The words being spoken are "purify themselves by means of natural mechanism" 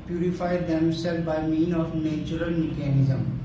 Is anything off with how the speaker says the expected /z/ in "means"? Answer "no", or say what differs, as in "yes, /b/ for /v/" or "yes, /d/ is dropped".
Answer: yes, /z/ is dropped